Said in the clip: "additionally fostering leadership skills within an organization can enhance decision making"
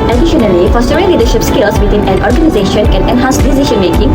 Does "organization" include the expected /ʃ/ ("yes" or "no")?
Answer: yes